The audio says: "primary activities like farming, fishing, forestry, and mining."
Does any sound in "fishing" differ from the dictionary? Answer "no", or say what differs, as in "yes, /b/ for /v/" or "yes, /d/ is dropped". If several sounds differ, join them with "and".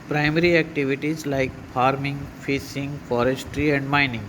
yes, /s/ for /ʃ/